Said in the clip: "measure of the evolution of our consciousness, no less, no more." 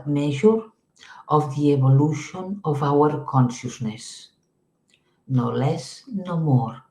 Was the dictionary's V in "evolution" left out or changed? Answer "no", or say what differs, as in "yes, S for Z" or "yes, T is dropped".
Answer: yes, B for V